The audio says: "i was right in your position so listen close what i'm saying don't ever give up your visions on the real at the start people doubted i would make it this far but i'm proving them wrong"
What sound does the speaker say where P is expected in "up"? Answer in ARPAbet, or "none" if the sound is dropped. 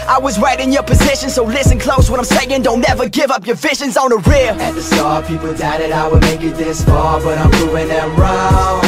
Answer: P